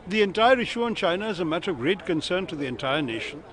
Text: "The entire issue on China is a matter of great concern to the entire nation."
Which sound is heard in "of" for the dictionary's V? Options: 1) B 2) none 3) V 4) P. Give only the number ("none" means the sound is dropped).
3